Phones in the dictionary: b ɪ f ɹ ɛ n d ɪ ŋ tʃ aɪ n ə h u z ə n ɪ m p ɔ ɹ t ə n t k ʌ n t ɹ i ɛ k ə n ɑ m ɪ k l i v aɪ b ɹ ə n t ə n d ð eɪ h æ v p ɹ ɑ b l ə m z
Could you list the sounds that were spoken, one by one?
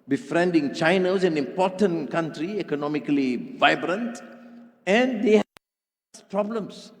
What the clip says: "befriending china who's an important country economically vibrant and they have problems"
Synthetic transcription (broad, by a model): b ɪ f ɹ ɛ n d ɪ ŋ tʃ aɪ n ə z ə n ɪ m p ɔ t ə n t k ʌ n t ɹ i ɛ k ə n ɑ m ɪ k l i v aɪ b ɹ ə n t ə n d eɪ h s p ɹ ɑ b l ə m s